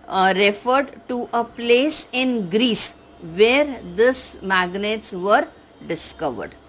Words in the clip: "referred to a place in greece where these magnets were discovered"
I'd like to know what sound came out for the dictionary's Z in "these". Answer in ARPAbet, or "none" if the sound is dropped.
S